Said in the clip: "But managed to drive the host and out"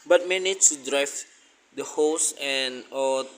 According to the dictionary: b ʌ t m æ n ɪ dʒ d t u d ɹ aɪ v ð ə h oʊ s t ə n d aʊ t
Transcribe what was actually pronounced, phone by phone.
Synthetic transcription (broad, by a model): b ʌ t m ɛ n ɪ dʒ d t u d ɹ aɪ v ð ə h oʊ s ə n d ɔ